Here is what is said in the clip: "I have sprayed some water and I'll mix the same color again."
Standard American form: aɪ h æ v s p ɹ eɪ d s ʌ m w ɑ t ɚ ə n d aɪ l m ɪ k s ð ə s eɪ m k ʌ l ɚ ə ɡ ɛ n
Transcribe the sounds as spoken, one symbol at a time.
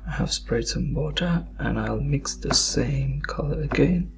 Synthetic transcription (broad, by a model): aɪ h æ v s p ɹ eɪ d s ʌ m w ɑ t ɚ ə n aɪ l m ɪ k s ð ə s eɪ m k ʌ l ɚ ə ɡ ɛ n